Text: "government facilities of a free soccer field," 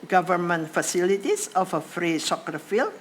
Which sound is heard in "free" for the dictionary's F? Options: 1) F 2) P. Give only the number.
1